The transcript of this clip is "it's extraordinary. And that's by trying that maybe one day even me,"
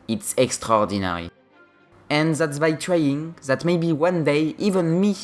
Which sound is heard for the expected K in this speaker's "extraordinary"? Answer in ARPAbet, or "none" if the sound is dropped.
K